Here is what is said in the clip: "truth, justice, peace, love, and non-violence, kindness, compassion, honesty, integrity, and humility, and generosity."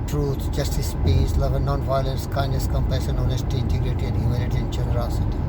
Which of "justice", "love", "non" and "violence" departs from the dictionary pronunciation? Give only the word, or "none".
none